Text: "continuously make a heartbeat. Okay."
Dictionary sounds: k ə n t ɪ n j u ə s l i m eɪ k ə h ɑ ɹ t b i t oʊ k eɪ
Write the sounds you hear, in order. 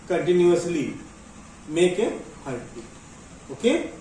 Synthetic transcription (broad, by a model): k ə n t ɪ n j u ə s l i m eɪ k ə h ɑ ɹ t i oʊ k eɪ